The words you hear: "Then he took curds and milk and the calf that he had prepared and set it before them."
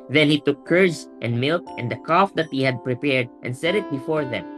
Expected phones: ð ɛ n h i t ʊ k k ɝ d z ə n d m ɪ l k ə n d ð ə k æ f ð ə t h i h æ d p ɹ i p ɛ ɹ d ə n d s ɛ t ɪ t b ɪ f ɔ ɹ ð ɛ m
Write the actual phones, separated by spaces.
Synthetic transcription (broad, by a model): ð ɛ n h i t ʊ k k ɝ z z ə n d m ɪ l k ə n d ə k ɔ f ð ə t h i h æ d p ɹ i p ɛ ɹ d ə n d s ɛ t ɪ t b ɪ f ɔ ɹ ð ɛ m